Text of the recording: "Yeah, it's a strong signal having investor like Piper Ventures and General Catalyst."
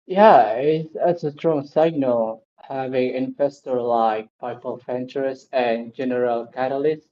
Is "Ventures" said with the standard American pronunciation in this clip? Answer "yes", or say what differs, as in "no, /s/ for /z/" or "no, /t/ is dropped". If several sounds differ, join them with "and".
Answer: no, /f/ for /v/